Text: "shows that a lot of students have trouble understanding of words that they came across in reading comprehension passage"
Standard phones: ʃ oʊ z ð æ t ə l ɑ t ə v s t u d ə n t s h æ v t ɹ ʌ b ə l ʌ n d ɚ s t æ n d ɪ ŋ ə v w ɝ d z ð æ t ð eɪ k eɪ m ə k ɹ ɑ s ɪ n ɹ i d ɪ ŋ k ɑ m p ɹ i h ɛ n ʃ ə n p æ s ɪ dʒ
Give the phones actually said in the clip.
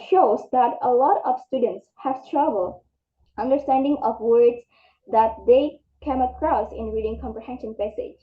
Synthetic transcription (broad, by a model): ʃ oʊ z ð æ t ə l ɑ t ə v s t u d ə n t s h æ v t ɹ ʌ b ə l ʌ n d ɚ s t æ n d ɪ ŋ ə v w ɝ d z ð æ t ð eɪ k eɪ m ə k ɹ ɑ s ɪ n ɹ i d ɪ ŋ k ɑ m p ɹ i h ɛ n ʃ ə n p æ s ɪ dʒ